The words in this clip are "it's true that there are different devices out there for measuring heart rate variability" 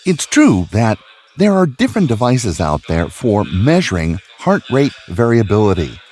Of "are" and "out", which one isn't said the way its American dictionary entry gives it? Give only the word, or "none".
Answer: none